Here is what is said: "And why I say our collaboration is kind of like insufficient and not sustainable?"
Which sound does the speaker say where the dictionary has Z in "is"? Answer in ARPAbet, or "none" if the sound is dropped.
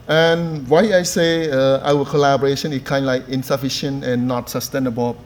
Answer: S